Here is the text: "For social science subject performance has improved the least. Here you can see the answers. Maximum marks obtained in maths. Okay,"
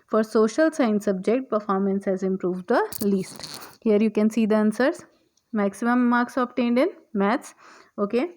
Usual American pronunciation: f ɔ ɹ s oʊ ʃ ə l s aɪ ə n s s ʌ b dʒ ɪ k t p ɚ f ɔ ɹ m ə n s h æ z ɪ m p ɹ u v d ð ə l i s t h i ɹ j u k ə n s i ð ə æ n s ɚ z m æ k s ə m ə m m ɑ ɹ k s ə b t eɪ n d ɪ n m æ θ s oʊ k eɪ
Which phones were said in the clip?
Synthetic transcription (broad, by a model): f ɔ ɹ s oʊ ʃ ə l s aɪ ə n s s ʌ b dʒ ɪ k t p ɚ f ɔ ɹ m ə n s h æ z ɪ m p ɹ u v d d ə l i s t h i ɹ j u k ə n s i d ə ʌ n s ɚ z m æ k s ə m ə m m ɑ ɹ k s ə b t eɪ n d ɪ n m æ t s oʊ k eɪ